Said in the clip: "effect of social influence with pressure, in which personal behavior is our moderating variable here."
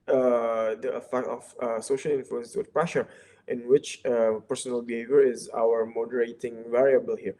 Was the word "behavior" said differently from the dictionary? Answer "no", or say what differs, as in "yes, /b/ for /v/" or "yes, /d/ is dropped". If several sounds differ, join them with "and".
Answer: no